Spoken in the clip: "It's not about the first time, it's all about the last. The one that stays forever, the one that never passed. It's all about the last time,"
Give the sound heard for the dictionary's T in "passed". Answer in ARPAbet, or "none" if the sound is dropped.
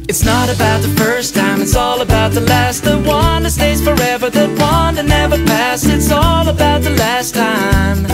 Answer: none